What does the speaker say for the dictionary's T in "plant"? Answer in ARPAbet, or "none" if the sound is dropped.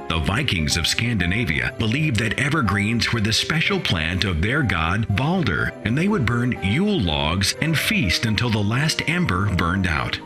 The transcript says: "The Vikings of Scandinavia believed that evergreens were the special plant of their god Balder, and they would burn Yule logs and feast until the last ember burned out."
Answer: T